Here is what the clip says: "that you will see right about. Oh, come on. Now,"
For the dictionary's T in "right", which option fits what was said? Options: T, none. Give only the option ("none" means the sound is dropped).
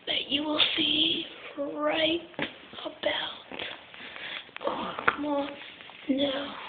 T